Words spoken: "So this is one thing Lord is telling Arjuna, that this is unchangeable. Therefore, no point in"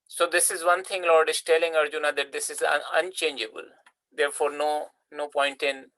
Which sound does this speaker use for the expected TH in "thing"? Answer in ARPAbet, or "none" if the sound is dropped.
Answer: T